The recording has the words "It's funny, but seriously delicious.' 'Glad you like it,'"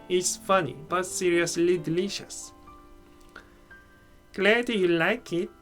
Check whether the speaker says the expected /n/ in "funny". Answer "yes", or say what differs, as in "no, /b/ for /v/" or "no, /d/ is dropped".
yes